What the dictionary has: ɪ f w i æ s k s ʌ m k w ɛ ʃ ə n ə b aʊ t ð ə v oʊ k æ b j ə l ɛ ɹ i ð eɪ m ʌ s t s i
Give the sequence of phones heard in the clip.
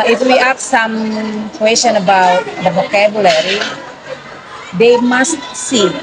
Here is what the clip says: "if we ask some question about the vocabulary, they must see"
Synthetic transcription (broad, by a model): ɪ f w i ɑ k s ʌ m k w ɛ s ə n ə b aʊ t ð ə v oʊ k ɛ b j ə l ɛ ɹ i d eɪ m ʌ s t s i